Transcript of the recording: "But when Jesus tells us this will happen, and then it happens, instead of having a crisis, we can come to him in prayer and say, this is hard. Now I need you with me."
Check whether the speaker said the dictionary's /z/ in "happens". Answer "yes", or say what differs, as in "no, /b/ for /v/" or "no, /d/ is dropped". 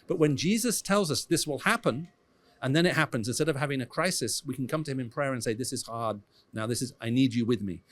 yes